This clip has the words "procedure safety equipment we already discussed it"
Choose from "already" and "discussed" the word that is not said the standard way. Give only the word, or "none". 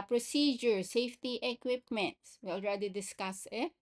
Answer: discussed